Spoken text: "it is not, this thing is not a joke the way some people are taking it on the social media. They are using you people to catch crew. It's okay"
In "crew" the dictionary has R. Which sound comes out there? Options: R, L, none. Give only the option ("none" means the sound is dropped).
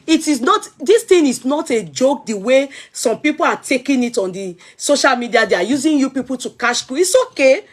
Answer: none